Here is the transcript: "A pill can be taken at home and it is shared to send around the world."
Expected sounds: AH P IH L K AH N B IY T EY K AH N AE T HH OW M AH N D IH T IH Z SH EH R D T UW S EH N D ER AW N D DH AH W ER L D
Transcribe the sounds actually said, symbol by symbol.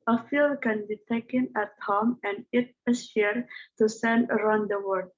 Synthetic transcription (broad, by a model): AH F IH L K AH N B IY T EY K AH N AE T HH OW M AH N D IH T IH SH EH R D T UW S EH N D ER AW N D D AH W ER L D